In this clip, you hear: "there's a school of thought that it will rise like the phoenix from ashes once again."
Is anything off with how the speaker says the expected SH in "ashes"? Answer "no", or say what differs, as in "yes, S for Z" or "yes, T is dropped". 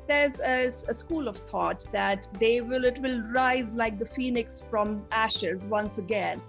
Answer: no